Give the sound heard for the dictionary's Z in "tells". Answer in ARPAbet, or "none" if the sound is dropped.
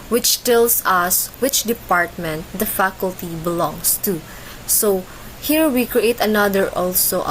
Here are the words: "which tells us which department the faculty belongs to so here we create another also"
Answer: S